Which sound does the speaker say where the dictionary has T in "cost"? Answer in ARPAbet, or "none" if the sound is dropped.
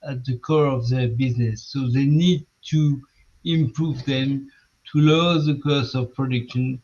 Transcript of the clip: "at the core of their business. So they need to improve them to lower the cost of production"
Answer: none